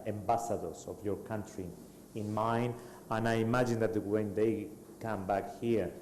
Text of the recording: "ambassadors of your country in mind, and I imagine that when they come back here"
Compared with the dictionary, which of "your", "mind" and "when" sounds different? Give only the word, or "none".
mind